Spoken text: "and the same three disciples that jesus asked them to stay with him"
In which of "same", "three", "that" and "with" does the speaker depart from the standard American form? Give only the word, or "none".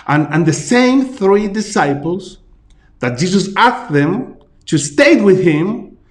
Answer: none